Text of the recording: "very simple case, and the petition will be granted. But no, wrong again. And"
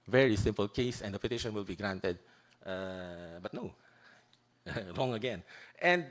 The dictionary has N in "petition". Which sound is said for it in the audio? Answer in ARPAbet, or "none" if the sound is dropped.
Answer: N